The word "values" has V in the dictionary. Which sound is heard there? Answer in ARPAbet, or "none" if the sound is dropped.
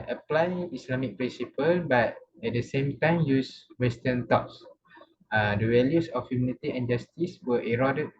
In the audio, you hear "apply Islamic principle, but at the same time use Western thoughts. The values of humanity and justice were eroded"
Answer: W